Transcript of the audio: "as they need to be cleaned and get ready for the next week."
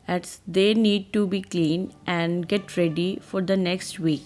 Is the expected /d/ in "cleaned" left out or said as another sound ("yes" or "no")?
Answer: yes